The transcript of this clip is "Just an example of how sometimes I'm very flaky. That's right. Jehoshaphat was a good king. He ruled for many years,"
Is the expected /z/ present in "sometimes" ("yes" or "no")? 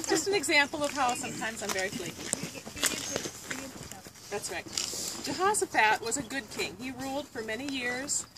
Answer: yes